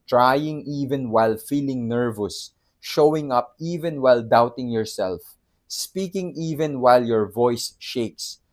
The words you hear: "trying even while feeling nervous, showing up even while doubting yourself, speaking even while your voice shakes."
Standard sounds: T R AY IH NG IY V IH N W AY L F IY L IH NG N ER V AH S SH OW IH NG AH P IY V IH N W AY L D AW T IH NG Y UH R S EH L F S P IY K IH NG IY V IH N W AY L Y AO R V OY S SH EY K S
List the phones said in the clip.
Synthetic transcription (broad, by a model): T R AY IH NG IY V IH N W AY L F IY L IH NG N ER V AH S SH OW IH NG AH P IY V IH N W AY L D AW T IH NG Y UH R S EH L F S P IY K IH NG IY V IH N W AY L Y AO R V OY S SH EY K S